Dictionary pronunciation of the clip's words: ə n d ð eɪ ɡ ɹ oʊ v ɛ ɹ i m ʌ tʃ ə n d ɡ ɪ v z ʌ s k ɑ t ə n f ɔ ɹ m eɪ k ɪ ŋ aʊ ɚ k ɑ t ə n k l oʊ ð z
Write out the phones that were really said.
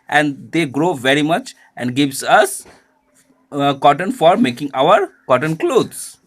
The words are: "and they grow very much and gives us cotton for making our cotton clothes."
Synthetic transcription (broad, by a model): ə n d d eɪ ɡ ɹ oʊ v ɛ ɹ i m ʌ tʃ ə n d ɡ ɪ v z ʌ s k ɑ t ə n f ɔ ɹ m eɪ k ɪ ŋ aʊ ɚ k ɑ t ə n k l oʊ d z